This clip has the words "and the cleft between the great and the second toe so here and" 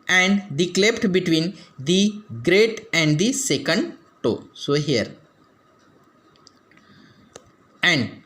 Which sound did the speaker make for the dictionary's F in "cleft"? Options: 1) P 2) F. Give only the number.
1